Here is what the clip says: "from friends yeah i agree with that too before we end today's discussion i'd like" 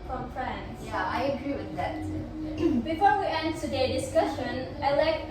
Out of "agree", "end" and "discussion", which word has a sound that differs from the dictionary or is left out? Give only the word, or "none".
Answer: none